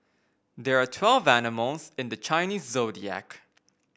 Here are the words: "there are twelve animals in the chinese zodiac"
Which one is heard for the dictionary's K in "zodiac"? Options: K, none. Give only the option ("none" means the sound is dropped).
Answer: K